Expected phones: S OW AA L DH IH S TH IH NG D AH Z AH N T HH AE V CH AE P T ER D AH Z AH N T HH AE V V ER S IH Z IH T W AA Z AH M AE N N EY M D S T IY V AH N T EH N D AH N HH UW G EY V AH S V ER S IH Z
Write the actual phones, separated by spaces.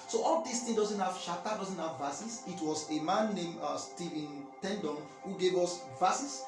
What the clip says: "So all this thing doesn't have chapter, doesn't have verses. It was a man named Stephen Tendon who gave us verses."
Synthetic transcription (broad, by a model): S OW AA L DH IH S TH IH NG D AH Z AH N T HH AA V SH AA T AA D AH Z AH N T HH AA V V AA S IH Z IH T W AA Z AH M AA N N EY M S T IY V AH N T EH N D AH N HH UW G EY V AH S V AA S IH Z